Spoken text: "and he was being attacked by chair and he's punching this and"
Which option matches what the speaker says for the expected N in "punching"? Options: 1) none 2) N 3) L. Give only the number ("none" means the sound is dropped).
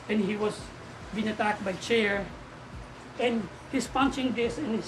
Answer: 2